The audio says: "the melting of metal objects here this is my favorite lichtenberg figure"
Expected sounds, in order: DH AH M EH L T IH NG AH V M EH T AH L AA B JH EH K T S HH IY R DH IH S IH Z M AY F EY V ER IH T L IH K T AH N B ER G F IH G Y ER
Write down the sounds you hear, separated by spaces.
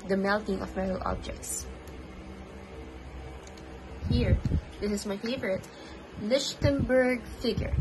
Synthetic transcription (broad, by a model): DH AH M EH L T IH NG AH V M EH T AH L AA B JH EH K T S HH IY R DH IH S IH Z M AY F EY V ER IH T L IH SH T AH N B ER G F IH G Y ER